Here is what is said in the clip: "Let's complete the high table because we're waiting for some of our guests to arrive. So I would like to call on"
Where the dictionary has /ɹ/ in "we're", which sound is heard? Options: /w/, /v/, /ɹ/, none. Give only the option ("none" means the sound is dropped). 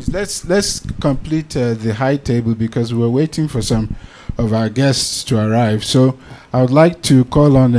/w/